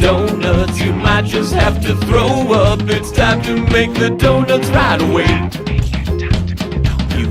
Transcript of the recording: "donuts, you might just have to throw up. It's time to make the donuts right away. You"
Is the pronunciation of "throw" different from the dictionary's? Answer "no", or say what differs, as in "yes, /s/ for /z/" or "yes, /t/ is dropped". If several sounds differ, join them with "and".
no